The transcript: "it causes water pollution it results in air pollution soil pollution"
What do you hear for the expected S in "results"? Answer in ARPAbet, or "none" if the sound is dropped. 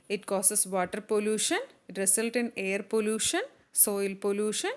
none